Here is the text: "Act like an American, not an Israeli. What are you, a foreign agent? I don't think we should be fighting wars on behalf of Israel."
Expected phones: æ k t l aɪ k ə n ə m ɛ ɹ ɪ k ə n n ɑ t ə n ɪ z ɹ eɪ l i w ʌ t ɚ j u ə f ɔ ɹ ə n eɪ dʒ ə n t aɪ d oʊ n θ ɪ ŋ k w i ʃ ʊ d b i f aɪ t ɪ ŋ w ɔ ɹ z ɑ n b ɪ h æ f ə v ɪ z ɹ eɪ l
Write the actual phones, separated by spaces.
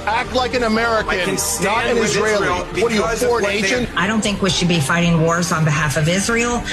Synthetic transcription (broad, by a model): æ k t l aɪ k ə n ə m ɛ ɹ ɪ k ə n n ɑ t ə n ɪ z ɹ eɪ i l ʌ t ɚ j ə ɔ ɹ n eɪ ʃ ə n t aɪ d oʊ n θ ɪ ŋ k w i ʃ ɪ d b i f aɪ t ɪ ŋ w ɔ ɹ z n b ɪ h æ f ə v ɪ z ɹ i l